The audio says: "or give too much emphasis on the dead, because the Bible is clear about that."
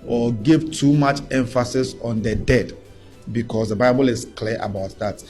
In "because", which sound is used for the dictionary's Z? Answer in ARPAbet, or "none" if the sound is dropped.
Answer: S